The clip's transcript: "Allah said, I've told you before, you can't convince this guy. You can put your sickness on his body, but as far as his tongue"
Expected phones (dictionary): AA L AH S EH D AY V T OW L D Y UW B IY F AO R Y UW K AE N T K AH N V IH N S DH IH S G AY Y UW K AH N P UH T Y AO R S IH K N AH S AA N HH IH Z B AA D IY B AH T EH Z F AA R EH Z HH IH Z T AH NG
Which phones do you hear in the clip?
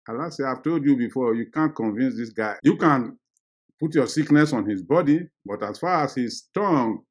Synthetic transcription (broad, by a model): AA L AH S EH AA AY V T OW L D Y UW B IY F AO Y UW K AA N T K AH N V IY N S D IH S G AY Y UW K AH N P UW T Y AO S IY K N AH S AA N HH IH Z B AA D IY B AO T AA S F AA R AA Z HH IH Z T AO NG